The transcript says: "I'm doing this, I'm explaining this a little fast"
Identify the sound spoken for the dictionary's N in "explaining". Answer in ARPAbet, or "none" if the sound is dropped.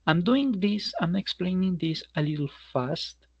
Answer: N